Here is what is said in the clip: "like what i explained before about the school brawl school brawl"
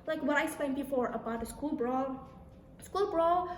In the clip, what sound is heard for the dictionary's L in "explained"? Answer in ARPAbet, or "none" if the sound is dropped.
none